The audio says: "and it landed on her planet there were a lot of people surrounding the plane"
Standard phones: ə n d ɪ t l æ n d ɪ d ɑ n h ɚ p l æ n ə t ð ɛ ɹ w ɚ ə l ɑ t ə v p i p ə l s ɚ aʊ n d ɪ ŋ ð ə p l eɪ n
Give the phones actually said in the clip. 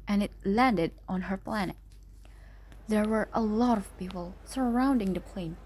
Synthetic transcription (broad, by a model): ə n ɪ t l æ n d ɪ d ɑ n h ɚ p l æ n ə t ð ɛ ɹ w ɚ ə l ɑ t ə v p i p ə l s ɚ aʊ n d ɪ ŋ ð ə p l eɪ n